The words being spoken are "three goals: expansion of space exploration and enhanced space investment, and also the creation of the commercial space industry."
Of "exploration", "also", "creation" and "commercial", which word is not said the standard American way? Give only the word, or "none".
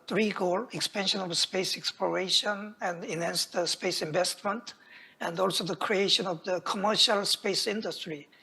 none